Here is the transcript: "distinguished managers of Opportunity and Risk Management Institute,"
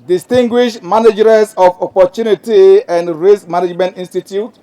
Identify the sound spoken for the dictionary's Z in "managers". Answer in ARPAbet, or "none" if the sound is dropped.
S